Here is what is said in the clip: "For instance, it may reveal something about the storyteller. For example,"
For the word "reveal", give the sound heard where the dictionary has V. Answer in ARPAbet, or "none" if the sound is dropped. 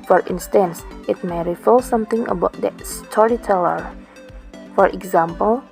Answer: F